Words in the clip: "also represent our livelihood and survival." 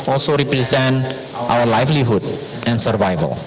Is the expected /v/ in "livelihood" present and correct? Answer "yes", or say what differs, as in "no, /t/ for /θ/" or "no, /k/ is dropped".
no, /f/ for /v/